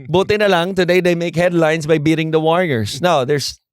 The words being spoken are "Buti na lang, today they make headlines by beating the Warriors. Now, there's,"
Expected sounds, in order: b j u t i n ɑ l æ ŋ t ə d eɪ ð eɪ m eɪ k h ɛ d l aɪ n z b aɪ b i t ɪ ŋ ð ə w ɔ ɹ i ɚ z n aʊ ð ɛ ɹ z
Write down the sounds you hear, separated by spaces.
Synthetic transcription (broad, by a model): b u t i n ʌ l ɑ ŋ t ə d eɪ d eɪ m eɪ k h ɛ d l aɪ n s b aɪ b i t ɪ ŋ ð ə w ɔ ɹ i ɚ s n aʊ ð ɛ ɹ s